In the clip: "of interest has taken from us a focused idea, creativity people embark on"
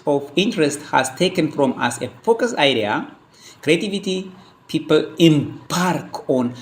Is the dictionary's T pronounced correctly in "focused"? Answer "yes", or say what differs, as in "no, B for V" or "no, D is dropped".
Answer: no, T is dropped